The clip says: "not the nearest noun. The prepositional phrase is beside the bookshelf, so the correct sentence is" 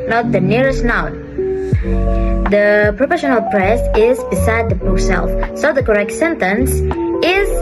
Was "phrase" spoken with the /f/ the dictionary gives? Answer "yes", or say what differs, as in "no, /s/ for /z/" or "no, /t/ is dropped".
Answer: no, /p/ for /f/